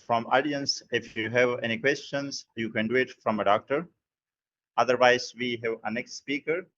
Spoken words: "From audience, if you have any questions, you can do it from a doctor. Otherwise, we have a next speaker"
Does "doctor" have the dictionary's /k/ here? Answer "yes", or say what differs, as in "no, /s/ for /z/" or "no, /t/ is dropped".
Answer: yes